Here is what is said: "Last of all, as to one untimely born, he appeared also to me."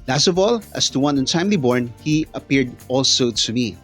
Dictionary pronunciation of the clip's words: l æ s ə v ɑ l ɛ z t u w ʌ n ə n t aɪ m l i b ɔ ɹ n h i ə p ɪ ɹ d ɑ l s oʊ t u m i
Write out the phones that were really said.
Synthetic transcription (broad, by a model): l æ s ə v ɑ l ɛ s t u w ʌ n ə n t aɪ m l i b ɔ ɹ n h i ə p ɪ ɹ d ɑ l s oʊ t u m i